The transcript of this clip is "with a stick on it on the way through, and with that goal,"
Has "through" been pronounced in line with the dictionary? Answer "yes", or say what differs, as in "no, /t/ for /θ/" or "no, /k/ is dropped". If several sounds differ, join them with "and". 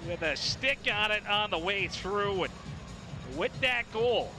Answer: yes